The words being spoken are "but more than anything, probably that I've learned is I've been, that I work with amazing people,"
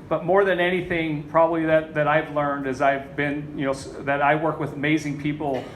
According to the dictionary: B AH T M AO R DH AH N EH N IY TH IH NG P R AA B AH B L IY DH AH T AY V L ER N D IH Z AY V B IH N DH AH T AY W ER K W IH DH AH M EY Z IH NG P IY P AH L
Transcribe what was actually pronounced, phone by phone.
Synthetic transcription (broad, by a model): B AH T M AO R DH AH N EH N IY TH IH NG P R AA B AH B L IY DH AH T AY V L ER N D IH Z AY V B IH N DH AH T AY W ER K W IH DH AH M EY Z IH NG P IY P L